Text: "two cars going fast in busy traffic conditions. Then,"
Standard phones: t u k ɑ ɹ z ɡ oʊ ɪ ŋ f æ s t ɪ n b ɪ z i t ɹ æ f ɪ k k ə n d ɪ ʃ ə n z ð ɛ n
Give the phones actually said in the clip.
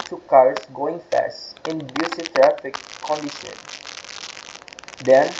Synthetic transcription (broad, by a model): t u k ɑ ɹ s ɡ oʊ ɪ ŋ f æ s t ɪ n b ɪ s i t ɹ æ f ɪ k k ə n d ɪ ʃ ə n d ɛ n